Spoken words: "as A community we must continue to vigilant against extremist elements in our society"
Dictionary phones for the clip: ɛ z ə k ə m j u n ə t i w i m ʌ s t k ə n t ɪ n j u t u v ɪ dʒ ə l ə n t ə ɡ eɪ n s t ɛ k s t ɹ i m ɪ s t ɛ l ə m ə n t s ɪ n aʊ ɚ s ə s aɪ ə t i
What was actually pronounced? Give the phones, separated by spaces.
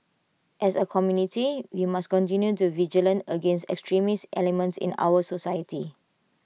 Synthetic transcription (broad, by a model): ɛ s ə k ə m j u n ə t i w i m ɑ s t k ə n t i n j u t u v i dʒ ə l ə n ə ɡ eɪ n s t ɛ k s t ɹ i m ɪ s t ɛ l ə m ə n t s ɪ n aʊ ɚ s ə s aɪ ə t i